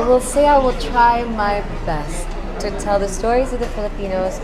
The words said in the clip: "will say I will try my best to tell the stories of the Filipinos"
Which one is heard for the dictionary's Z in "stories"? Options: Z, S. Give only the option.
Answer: Z